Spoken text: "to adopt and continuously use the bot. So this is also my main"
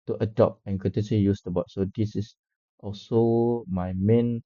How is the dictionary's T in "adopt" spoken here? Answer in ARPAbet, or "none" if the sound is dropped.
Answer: none